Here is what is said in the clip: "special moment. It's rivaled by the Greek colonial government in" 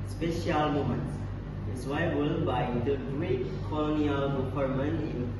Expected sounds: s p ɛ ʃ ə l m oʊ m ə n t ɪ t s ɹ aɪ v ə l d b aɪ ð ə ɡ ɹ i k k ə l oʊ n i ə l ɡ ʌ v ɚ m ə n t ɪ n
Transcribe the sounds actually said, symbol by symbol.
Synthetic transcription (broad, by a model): s p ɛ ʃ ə l m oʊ m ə n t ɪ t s w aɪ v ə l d b aɪ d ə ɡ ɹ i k k ə l oʊ n i ə l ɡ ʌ p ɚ m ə n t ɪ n